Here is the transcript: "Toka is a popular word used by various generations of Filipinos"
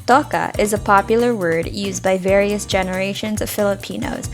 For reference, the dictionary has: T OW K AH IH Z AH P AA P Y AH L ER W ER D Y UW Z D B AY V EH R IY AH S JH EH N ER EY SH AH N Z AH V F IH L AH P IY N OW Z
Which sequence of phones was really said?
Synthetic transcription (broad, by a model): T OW K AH IH Z AH P AA P Y L ER W ER D Y UW Z B AY V EH R IY AH S JH EH N ER EY SH AH N Z AH V F IH L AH P IY N OW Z